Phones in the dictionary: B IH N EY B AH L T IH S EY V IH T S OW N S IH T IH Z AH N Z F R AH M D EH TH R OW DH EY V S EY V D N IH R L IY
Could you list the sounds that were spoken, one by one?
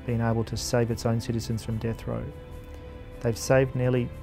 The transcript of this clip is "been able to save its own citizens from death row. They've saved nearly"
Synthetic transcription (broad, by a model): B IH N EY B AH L T IH S EY V IH T S OW N S IH T IH Z AH N Z F R AH M D EH TH R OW DH EY V S EY V D N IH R L IY